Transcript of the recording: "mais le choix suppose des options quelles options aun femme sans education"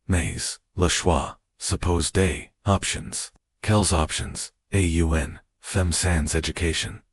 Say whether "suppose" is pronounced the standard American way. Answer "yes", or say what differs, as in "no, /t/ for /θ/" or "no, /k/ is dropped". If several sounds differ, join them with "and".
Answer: yes